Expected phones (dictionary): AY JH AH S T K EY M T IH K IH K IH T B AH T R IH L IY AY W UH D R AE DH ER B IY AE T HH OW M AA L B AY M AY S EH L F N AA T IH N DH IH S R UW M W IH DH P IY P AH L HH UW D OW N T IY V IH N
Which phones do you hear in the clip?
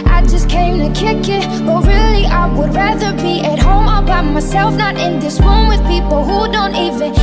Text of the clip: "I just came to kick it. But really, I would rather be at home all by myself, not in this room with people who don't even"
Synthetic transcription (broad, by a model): AY JH AH S K EY M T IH K IH K IH T B AH T R IH L IY AY W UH D R AE DH ER B IY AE T HH OW M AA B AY M AY S EH L F N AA T IH N DH IH S W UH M W IH DH P IY P L HH UW D OW N T IY V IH N